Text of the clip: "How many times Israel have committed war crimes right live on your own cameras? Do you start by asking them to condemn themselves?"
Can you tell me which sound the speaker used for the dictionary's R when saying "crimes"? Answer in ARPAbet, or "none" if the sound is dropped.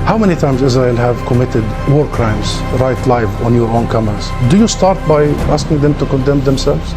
R